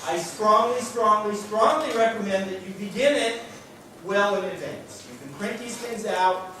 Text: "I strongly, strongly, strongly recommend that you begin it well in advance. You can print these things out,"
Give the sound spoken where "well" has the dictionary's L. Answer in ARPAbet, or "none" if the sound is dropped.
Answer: L